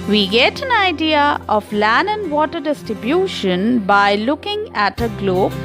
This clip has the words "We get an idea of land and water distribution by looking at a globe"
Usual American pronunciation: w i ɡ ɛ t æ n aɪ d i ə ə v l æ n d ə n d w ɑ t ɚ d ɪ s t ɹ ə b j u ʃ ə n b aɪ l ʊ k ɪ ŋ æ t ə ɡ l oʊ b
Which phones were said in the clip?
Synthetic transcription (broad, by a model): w i ɡ ɛ t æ n aɪ d i ə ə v l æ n ə n d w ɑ t ɚ d ɪ s t ɹ ə b j u ʃ ə n b aɪ l ʊ k ɪ ŋ æ t ə ɡ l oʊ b